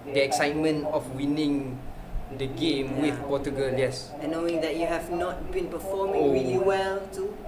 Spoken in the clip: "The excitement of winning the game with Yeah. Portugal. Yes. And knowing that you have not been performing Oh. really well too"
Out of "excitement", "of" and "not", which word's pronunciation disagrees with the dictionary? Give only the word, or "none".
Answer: of